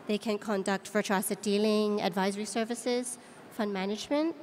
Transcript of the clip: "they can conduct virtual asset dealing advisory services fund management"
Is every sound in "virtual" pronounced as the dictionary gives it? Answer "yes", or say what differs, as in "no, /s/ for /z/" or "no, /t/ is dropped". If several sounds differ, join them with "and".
no, /f/ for /v/